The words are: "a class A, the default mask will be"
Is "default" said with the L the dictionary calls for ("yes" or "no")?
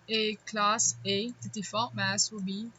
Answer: no